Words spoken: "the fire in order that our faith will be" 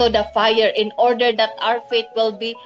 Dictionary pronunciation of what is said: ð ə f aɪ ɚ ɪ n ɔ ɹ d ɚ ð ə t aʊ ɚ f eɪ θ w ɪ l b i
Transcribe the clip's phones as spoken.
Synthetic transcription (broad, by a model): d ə f aɪ ɚ ɪ n ɔ ɹ d ɚ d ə t aʊ ɚ f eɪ t w ɪ l b i